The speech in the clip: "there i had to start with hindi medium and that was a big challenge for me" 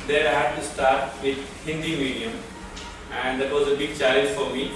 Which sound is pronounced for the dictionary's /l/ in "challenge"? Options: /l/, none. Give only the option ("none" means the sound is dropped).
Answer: none